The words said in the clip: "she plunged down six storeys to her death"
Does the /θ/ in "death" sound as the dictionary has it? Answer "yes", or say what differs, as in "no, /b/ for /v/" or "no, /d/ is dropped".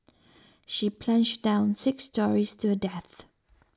yes